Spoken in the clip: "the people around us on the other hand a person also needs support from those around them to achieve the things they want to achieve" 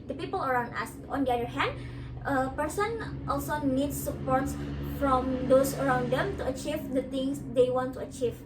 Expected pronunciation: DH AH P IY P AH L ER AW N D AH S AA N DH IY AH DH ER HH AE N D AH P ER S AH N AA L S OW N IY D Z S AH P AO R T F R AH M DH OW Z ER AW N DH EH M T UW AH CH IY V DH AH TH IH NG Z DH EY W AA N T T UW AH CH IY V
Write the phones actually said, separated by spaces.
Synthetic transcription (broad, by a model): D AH P IY P AH L ER AW N D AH S AA N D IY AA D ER HH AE N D AH P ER S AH N AA L S OW N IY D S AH P AO R T F R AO M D OW S ER AW N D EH M T UW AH CH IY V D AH T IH NG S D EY W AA N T T UW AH CH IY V